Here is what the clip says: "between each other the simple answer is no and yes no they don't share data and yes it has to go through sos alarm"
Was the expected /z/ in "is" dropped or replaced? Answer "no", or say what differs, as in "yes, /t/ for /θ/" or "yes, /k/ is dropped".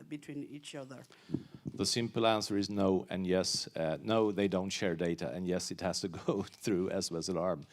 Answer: no